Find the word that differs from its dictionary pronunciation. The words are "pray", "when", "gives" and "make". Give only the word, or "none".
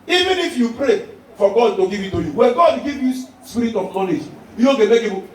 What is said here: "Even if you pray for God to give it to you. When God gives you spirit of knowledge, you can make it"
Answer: gives